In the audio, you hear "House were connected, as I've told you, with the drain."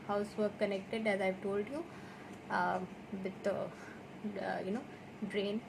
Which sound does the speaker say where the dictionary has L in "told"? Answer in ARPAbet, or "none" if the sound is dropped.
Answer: L